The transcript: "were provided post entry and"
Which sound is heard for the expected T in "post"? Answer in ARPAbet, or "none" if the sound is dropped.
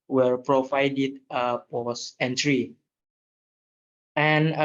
none